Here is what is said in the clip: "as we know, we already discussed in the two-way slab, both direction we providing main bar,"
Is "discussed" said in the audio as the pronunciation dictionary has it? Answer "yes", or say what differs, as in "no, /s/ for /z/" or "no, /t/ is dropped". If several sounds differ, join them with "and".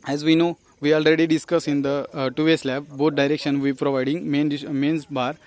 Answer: no, /t/ is dropped